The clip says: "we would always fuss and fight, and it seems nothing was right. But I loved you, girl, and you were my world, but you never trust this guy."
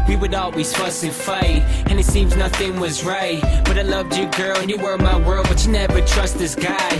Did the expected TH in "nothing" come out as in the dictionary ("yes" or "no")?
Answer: yes